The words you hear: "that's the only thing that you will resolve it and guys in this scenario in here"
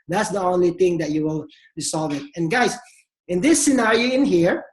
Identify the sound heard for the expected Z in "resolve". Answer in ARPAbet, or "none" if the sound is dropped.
S